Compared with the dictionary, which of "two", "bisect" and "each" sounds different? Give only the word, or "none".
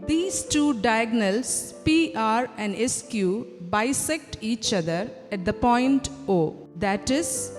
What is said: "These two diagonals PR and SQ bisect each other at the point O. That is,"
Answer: none